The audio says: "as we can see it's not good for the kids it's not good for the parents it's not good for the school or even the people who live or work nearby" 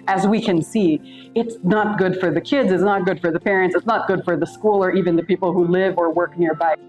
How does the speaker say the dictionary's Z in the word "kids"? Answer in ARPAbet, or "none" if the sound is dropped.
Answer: Z